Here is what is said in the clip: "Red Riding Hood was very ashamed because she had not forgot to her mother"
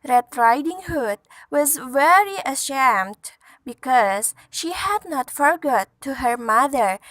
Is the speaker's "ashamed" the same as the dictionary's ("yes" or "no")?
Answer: yes